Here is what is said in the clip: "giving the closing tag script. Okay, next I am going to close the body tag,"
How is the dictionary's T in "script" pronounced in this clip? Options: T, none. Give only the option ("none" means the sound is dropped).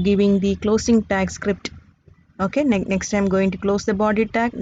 T